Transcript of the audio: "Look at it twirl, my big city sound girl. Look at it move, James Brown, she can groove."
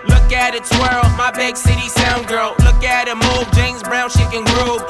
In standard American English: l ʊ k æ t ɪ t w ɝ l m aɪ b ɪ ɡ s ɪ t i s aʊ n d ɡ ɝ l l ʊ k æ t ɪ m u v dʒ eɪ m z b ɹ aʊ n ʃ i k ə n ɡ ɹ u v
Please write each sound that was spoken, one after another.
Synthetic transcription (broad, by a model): l ʊ k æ t ɪ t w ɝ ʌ m aɪ b ɪ ɡ s ɪ t i s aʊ n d ɡ ɝ l l ʊ k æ t ɪ m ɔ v dʒ eɪ m z b ɹ aʊ n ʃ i k ə n ɡ ɹ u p